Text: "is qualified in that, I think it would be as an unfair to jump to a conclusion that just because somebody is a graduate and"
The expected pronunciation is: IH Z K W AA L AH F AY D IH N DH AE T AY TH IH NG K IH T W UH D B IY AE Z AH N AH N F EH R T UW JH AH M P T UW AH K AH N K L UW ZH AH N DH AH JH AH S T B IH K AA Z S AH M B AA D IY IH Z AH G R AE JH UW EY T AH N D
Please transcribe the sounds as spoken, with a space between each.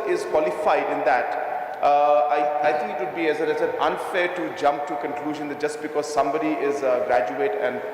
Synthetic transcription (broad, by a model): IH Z K W AA L AH F AY D IH N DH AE T AY T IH NG K IH T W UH D B IY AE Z AH N AH N F EH R T UW JH AH M P T UW K AH N K L UW ZH AH N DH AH JH AH S T B IH K AA Z S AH M B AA D IY IH Z G R AE JH UW EY T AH N D